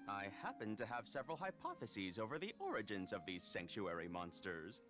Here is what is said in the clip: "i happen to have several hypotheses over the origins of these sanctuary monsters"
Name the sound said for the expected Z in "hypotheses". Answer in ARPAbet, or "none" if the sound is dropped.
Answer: Z